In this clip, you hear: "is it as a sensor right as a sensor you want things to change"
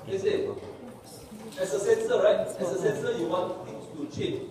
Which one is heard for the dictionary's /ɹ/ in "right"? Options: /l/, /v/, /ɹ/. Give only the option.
/ɹ/